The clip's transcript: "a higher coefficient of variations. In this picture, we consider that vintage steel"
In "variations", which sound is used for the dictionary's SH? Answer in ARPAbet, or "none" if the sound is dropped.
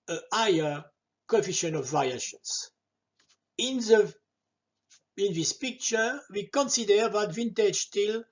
S